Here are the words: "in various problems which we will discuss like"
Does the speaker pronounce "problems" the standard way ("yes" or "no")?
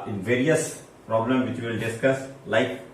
no